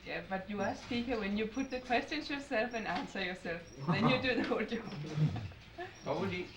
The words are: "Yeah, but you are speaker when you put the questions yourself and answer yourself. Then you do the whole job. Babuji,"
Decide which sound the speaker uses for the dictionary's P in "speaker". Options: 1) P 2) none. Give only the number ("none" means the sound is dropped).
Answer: 2